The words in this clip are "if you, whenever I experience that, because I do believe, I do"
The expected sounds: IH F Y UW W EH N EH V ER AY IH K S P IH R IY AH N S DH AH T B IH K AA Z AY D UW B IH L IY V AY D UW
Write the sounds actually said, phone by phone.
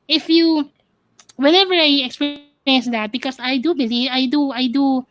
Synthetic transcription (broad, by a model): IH F Y UW W EH N EH V ER AY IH K S P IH IY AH N S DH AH T B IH K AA S AY D UW B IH L IY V AY D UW